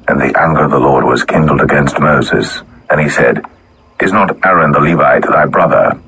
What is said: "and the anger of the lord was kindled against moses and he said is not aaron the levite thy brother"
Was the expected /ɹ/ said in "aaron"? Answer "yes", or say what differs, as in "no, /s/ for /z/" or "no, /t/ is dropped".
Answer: yes